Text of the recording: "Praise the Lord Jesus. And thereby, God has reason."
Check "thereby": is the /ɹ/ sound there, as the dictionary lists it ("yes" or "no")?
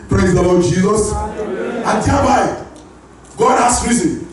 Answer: no